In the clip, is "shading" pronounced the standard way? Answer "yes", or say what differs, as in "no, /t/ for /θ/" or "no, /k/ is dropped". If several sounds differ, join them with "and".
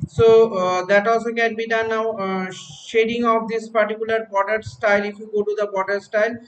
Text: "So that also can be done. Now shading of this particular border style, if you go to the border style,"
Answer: yes